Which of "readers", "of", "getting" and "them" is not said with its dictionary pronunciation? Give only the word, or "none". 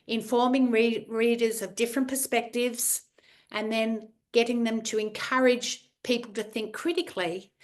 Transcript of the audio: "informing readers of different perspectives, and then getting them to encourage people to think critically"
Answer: none